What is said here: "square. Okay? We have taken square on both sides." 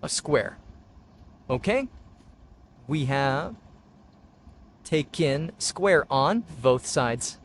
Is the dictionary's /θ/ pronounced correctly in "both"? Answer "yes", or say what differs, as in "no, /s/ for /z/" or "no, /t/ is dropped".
yes